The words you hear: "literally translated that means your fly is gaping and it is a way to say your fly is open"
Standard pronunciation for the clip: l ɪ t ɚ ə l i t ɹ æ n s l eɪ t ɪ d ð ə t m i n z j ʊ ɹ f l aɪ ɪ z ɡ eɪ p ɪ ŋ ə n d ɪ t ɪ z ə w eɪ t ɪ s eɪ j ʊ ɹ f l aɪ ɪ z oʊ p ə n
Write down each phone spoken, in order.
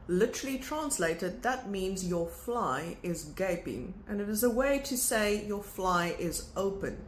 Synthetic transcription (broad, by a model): l ɪ t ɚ l i t ɹ æ n s l eɪ t ɪ d ð ə t m i n z j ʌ ɹ f l aɪ ɪ z ɡ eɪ p ɪ ŋ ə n ɪ t ɪ z ə w eɪ t ɪ s eɪ j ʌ ɹ f l aɪ ɪ z oʊ p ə n